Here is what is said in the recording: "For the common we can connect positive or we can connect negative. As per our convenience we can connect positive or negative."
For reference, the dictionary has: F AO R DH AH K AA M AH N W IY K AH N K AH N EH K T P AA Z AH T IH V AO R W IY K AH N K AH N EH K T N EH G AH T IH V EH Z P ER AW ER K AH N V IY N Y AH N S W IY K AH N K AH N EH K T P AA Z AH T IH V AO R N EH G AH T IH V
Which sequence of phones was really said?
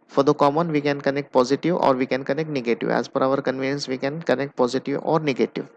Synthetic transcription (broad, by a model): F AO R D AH K AA M AH N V IY K AH N K AH N EH K T P AA Z AH T IH V AO R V IY K AH N K AH N EH K T N EH G AH T IH V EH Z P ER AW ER K AH N V IY N Y AH N S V IY K AH N K AH N EH K T P AA Z AH T IH V AO R N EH G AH T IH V